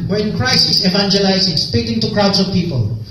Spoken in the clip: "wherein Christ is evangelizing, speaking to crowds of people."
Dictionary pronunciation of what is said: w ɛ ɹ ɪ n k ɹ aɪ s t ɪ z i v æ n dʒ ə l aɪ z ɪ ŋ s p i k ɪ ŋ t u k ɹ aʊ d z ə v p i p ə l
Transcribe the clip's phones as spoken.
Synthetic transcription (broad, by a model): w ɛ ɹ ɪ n k ɹ aɪ s ɪ s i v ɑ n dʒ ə l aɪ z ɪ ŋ s p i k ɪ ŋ t u k ɹ aʊ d s ə v p i p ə l